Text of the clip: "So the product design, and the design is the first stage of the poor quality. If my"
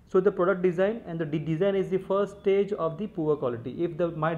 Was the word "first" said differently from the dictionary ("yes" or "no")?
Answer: yes